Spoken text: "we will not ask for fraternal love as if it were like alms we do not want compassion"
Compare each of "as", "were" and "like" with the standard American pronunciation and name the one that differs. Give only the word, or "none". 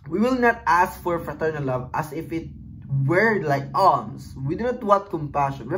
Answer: as